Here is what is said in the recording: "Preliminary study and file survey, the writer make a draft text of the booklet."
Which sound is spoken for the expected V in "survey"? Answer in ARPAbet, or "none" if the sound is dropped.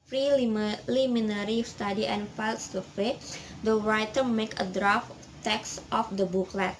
F